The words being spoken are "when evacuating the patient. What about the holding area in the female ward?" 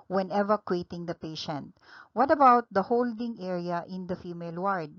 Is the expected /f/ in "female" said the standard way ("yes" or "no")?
yes